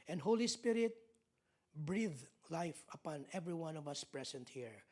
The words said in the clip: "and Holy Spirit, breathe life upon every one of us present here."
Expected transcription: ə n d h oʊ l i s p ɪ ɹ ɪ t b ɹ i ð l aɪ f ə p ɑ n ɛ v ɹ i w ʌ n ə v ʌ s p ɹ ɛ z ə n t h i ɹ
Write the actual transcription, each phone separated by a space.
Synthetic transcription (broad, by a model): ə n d h oʊ l i s p ɪ ɹ ɪ t b ɹ i ð l aɪ f ə p ɑ n ɛ v ɹ i w ʌ n ə v ʌ s p ɹ ɛ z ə n t h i ɹ